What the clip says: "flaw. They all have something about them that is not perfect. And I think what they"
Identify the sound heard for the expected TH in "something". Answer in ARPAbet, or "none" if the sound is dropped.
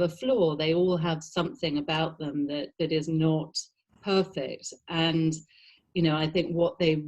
TH